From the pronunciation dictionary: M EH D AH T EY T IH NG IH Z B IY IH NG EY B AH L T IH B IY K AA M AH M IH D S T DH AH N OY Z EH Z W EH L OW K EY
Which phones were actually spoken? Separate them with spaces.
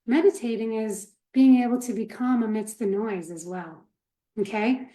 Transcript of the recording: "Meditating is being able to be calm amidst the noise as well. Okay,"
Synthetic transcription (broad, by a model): M EH D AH T EY T IH NG IH Z B IY IH NG EY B L T IH B IY K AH M AH M IH D S T DH AH N OY Z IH Z W EH L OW K EY